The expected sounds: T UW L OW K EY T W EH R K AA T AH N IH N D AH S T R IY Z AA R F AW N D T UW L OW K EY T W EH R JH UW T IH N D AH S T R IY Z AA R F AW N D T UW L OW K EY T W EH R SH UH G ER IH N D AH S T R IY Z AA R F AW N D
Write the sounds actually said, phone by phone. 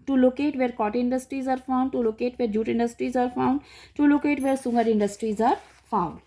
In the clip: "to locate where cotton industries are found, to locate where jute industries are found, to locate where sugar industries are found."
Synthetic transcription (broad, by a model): T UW L OW K EY T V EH R K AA T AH IH N D AH S T R IY Z AA R F AW N D T UW L OW K EY T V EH R JH UW T IH N D AH S T R IY Z AA R F AW N D T UW L OW K EY T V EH R S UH G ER IH N D AH S T R IY Z AA R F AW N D